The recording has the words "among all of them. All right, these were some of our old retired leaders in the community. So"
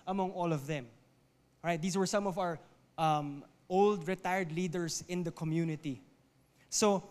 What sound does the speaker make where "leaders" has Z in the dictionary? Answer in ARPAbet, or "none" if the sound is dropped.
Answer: S